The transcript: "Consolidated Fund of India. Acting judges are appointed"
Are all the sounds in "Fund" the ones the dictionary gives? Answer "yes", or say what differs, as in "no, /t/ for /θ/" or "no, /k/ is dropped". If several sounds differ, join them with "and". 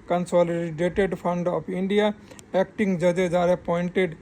no, /p/ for /f/